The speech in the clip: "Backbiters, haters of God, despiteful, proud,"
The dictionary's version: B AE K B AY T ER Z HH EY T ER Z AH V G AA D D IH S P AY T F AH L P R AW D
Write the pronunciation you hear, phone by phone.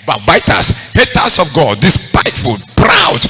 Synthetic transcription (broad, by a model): B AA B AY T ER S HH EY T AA S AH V G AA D D IH S P AY T F AH L P R AW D